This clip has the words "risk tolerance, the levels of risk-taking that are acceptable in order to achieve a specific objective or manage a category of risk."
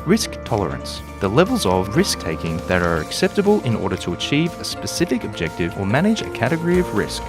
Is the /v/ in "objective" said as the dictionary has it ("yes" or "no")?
yes